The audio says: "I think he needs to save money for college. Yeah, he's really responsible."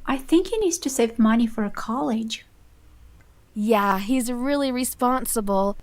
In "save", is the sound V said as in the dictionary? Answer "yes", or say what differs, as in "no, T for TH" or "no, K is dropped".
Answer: yes